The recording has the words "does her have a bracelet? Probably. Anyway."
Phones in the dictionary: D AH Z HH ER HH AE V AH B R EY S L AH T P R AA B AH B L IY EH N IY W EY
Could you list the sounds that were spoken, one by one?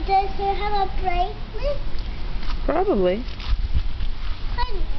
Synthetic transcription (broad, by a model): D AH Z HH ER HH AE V AH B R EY L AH P R AA B AH B L IY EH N